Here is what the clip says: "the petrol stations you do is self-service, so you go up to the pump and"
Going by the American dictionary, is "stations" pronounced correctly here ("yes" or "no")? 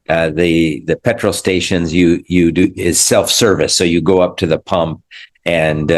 yes